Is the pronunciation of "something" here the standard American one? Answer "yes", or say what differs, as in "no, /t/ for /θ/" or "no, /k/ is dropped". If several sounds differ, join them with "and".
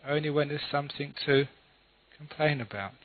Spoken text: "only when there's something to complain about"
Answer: yes